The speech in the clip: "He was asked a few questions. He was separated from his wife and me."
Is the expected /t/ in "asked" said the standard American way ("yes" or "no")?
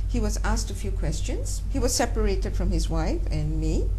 yes